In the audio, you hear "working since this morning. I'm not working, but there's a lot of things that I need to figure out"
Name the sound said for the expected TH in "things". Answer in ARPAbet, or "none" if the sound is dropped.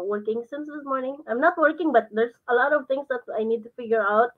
T